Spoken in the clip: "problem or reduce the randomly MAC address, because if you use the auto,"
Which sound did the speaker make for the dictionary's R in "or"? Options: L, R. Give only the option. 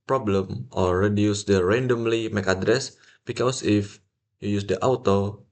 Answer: L